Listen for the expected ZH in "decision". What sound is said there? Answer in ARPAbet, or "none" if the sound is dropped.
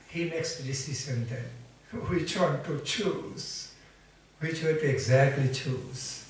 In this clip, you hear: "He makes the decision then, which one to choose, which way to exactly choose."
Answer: S